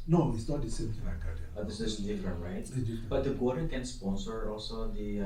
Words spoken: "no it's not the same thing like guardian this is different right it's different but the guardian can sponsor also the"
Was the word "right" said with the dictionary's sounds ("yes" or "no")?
no